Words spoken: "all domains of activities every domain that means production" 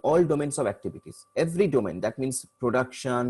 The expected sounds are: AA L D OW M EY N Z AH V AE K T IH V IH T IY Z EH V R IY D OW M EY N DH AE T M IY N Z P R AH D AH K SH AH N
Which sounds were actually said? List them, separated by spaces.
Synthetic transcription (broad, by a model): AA L D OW M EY N S AH V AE K T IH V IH T IY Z EH V R IY D OW M EY N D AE T M IY N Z P R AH D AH K SH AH N